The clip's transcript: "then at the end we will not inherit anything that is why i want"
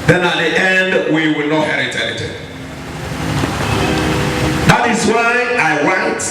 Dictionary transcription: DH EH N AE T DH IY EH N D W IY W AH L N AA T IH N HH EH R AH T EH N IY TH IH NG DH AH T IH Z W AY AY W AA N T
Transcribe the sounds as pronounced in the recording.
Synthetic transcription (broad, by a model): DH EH N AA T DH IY EH N D W IY W AH L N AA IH HH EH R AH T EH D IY T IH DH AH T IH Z W AY AY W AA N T